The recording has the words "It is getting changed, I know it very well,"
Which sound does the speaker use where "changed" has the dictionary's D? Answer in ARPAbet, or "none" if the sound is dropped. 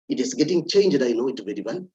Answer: D